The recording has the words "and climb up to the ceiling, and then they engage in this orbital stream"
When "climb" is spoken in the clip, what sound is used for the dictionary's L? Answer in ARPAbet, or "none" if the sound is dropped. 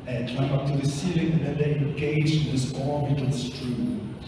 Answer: none